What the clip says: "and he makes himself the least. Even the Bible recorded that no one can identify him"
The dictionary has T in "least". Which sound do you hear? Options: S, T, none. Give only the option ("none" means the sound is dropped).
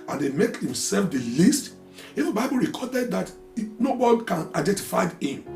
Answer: T